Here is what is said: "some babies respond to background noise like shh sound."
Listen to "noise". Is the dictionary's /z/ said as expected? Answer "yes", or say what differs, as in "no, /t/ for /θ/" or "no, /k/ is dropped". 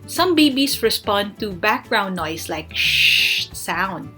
no, /s/ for /z/